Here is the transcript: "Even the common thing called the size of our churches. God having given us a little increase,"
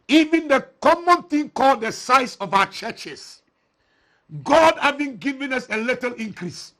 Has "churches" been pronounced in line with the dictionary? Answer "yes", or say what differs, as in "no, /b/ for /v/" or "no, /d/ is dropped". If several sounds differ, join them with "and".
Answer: no, /s/ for /z/